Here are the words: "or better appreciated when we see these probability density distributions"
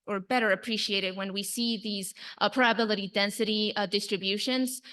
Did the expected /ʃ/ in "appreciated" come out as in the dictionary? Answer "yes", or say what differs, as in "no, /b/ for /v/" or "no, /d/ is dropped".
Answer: yes